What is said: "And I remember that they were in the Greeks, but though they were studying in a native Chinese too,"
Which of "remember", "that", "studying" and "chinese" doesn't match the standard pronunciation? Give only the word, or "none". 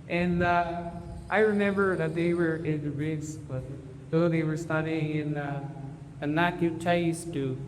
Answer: chinese